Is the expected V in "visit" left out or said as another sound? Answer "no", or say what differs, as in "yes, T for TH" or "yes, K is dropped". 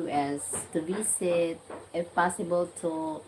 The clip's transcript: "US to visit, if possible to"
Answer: yes, B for V